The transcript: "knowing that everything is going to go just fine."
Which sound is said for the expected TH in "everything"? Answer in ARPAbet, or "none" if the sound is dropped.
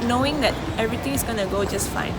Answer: T